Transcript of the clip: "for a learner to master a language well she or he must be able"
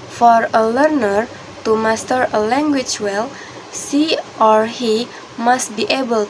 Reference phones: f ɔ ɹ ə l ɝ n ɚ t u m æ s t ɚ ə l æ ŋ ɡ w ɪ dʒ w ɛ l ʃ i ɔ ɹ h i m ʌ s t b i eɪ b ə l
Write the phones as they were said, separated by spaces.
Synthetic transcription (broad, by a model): f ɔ ɹ ə l ɝ n ɚ t u m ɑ s t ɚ ə l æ ŋ ɡ w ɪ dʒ w ɛ l s i ɔ ɹ h i m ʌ s t b i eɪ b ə l